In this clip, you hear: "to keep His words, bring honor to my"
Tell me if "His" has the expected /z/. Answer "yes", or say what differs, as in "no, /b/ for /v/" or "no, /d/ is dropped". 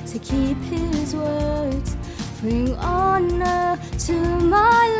yes